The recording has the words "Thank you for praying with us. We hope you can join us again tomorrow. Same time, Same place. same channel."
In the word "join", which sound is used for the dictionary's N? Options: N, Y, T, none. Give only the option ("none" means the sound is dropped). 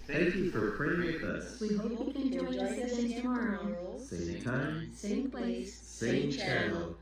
none